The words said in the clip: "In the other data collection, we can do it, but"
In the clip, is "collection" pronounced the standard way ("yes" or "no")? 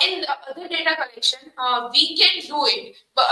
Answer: yes